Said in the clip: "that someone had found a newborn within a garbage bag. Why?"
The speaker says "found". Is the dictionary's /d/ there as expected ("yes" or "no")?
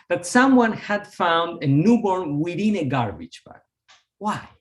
yes